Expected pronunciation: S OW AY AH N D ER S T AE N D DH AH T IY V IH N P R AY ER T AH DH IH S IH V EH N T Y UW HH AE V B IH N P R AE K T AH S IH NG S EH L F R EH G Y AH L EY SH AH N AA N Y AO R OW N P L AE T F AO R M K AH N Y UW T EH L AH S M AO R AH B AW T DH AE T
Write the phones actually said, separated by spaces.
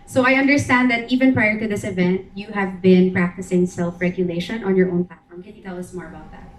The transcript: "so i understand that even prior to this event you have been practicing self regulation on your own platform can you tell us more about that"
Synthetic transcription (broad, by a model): S OW AY AH N D ER S T AE N D DH AH T IY V IH N P R AY ER T AH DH IH S IH V EH N T Y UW HH AE V B IH N P R AE K T AH S IH NG S EH L F R EH G Y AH L EY SH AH N AA N Y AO R OW N P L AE T F AO R M K AH N Y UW T EH L AH S M AO R AH B AW T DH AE T